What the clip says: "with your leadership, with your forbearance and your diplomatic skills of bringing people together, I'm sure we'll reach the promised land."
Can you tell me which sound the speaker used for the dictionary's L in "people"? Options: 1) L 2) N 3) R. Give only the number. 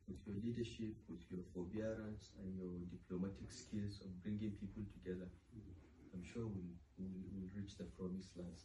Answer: 1